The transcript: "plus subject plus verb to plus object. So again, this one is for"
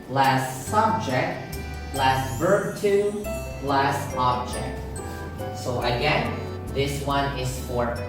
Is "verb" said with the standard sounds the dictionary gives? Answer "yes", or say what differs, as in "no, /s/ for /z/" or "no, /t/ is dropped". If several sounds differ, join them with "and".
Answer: yes